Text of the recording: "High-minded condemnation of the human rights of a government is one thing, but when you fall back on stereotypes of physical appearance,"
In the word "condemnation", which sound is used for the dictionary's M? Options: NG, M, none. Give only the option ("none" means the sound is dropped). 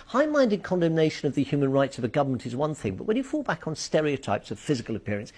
M